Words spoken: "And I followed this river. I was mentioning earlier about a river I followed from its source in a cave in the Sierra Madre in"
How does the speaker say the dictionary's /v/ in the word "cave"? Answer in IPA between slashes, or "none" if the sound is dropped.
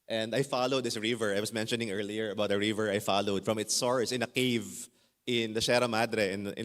/v/